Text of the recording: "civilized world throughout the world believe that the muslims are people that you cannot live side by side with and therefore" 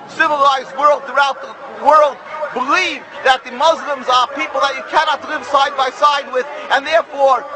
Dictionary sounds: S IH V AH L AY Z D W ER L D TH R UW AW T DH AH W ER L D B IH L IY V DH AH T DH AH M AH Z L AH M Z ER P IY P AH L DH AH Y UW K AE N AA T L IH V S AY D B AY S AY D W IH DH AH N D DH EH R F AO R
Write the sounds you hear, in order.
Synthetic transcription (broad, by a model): S IH V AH L AY Z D W ER L D TH R UW AW T DH AH W ER L D B IH L IY V DH AH T DH AH M AH Z L AH M Z ER P IY P L DH AH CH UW K AE N AA T L IH V S AY D B AY S AY D W IH DH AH N DH EH R F AO R